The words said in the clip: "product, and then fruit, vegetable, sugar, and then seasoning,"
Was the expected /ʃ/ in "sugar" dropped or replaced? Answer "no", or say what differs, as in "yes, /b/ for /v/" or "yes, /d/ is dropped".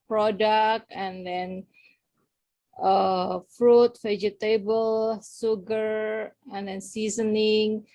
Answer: yes, /s/ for /ʃ/